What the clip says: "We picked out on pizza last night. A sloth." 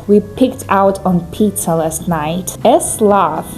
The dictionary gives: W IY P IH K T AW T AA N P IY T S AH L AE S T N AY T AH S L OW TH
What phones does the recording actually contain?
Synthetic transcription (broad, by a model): W IY P IH K T AW T AA N P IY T AH L AE S T N AY T AH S L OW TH